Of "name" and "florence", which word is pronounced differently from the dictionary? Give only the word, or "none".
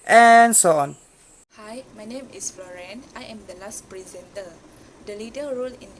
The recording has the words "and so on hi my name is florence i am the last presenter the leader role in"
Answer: florence